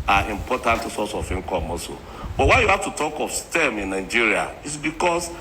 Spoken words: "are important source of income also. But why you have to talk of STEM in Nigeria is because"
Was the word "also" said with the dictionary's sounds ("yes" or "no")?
no